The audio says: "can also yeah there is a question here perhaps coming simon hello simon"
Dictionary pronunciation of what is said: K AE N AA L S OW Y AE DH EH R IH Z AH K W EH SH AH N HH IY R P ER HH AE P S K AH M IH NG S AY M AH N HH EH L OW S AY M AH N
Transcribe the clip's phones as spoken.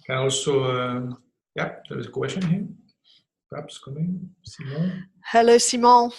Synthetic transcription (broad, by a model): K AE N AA L S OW Y AE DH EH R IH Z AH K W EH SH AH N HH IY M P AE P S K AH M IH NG S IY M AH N HH EH L OW S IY M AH